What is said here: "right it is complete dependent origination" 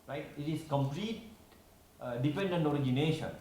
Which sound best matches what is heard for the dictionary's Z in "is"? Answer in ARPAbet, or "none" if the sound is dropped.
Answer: S